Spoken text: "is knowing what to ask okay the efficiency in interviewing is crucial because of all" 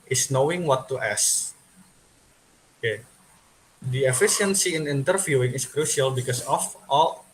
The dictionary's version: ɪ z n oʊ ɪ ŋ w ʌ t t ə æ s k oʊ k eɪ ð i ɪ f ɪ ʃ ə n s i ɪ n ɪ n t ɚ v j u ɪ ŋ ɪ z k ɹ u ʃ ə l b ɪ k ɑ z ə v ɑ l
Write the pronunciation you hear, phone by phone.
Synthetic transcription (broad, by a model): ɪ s n oʊ ɪ ŋ w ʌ t t ə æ s oʊ k eɪ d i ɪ f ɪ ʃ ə n s i ɪ n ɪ n t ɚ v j u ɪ ŋ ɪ s k ɹ u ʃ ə l b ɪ k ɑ s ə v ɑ l